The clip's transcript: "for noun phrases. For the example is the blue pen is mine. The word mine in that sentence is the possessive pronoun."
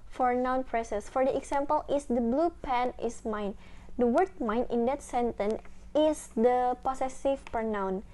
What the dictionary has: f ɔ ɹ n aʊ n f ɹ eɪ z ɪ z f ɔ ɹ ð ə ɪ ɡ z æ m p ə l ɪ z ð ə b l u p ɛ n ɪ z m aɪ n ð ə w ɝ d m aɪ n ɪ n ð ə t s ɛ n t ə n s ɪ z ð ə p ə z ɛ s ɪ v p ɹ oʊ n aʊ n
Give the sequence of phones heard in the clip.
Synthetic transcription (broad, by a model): f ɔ ɹ n aʊ n p ɹ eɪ s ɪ s f ɔ ɹ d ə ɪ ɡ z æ m p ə l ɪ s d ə b l u p ɛ n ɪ s m aɪ n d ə w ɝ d m aɪ n ɪ n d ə t s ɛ n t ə n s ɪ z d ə p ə s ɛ s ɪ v p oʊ n aʊ n